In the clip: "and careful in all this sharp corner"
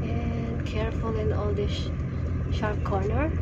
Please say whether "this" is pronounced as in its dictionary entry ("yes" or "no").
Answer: no